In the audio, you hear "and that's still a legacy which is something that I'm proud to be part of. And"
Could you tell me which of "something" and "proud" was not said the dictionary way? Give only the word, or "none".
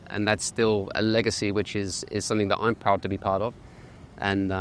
none